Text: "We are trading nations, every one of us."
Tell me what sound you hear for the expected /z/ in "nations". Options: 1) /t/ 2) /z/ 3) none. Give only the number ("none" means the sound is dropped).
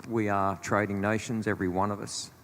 2